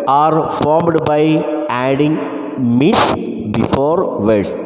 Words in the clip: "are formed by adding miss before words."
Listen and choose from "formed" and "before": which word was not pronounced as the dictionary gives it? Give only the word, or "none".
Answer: none